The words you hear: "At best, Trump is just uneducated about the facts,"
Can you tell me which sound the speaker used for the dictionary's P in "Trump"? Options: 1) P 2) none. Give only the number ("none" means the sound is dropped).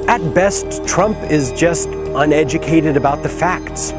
1